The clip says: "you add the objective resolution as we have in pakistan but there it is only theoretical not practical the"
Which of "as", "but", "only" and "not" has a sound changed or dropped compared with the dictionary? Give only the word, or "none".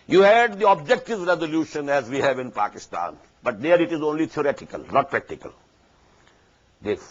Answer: none